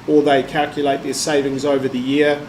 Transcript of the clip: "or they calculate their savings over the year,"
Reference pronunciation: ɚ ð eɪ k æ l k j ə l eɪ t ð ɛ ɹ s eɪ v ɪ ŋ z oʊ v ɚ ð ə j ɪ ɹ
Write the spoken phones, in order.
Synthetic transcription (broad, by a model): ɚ ð eɪ k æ l k j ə l eɪ t ð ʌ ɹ s eɪ v ɪ ŋ z oʊ v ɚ ð ə j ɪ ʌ